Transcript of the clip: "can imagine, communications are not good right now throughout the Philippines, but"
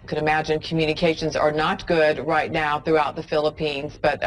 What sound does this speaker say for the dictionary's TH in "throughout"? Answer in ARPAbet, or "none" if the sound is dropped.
TH